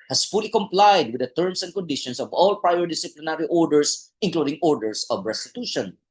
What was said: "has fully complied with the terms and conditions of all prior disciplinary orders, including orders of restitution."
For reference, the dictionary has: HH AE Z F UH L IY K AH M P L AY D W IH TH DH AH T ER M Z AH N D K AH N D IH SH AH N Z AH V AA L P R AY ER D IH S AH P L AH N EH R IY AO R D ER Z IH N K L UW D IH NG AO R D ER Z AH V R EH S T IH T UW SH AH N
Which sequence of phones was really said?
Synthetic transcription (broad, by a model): HH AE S F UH L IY K AH M P L AY D W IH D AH T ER M S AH N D K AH N D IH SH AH N S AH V AA L P R AY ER D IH S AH P L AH N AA R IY AO R D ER S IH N K L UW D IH NG AO R D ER S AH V R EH S T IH T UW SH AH N